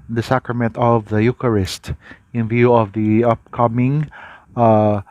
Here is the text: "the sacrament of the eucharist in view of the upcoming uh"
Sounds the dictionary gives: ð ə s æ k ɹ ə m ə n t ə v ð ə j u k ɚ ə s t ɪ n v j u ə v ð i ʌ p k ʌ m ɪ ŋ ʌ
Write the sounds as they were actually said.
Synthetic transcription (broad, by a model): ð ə s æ k ɹ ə m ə n t ə v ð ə j u k ɚ ə s t ɪ n v j u ə v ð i ʌ p k ʌ m ɪ ŋ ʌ